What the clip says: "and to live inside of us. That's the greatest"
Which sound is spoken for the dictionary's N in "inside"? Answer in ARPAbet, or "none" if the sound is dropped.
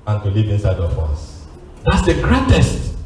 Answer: N